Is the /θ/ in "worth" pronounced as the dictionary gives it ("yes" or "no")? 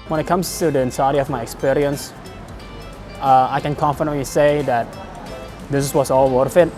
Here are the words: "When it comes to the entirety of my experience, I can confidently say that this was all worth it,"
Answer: no